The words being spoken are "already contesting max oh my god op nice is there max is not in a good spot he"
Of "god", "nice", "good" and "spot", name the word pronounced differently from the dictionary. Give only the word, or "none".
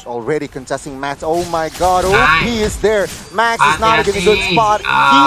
nice